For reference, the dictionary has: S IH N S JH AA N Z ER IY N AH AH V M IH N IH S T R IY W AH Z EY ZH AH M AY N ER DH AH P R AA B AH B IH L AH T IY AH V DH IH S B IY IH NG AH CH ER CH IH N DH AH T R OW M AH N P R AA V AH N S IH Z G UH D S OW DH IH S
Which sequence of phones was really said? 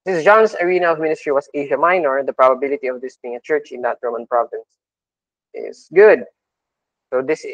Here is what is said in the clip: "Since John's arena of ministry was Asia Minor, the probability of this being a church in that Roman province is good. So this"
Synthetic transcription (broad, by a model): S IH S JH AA N S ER IY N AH AH V M IH N IH S T R IY W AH S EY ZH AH M AY N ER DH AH P R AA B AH B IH L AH T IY AH V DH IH S B IY IH NG AH CH ER CH IH N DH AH T R OW M AH N P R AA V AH N S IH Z G UH D S OW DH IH S